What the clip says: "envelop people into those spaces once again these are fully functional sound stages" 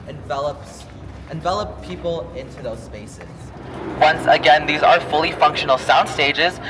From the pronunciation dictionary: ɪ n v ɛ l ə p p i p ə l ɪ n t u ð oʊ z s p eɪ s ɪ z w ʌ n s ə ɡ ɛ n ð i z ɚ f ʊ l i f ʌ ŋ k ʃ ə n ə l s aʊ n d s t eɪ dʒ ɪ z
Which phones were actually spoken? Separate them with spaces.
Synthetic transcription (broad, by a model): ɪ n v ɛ l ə p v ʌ p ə l ɪ n t u ð oʊ z s p eɪ s ɪ z w ʌ n s ə ɡ ɛ n ð i z ɚ f ʊ l i f ʌ ŋ k ʃ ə n l s aʊ n d s t eɪ dʒ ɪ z